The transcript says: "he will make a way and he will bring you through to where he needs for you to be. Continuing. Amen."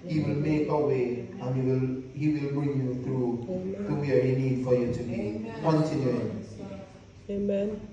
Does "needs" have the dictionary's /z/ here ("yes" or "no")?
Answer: no